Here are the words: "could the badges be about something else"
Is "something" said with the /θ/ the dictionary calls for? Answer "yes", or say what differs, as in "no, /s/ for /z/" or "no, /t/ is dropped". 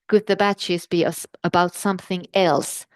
yes